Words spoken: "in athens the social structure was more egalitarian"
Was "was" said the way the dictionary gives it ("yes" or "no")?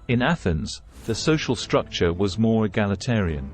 yes